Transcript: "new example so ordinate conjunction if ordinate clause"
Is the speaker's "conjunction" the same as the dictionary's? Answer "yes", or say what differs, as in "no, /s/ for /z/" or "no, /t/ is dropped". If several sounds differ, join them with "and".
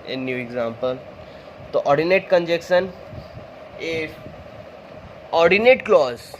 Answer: no, /ŋ/ is dropped